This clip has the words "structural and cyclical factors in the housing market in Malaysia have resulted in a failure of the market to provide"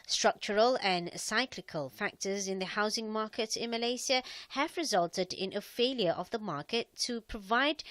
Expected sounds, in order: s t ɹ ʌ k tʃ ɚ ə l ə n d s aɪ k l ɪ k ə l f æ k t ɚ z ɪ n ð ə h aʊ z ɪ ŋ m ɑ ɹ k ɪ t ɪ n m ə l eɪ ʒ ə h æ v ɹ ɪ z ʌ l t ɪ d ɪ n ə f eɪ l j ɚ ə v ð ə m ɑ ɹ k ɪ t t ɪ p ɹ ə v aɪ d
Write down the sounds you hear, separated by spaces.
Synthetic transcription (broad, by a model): s t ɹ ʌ k tʃ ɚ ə l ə n s aɪ k l ɪ k ə l f æ k t ɚ z ɪ n ð ə h aʊ z ɪ ŋ m ɑ ɹ k ɪ t ɪ n m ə l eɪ s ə h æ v ɹ ɪ z ʌ l t ɪ d ɪ n ə f eɪ l j ɚ ə v ð ə m ɑ ɹ k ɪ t t ɪ p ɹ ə v aɪ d